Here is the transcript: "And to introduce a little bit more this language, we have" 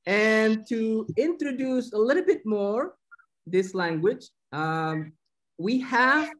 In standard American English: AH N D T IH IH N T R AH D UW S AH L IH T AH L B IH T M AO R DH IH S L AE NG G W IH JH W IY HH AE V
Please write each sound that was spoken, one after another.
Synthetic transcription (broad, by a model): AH N T IH IH N T R AH D UW S AH L IH T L B IH T M AO R DH IH S L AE NG G W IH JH W IY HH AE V